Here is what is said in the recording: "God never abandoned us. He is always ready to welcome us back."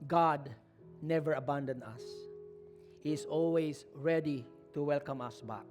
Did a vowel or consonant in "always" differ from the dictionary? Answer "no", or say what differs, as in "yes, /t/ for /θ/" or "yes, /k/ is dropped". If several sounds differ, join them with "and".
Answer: yes, /s/ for /z/